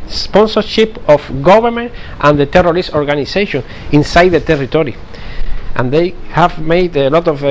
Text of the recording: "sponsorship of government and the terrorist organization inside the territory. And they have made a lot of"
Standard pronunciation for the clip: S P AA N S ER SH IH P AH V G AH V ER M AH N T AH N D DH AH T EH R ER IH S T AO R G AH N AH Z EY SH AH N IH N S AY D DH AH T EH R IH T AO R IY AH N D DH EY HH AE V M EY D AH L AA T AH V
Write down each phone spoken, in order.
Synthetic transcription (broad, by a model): S P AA N S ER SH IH P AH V G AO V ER M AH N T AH N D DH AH T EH R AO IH S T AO R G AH N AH S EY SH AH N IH N S AY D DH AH T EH R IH T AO R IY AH N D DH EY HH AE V M EY D AH L AA T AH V